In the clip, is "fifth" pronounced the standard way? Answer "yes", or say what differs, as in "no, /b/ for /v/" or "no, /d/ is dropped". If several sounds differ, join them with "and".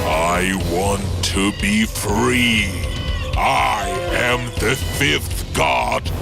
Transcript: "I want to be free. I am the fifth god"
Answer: yes